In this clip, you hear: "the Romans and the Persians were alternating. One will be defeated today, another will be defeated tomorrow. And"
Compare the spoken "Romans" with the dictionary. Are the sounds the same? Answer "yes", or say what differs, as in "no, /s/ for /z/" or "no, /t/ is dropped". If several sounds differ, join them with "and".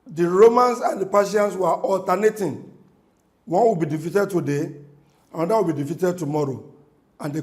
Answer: no, /s/ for /z/